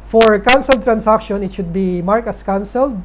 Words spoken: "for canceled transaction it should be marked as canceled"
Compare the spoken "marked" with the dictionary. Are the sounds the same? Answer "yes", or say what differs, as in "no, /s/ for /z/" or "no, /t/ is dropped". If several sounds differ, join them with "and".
no, /t/ is dropped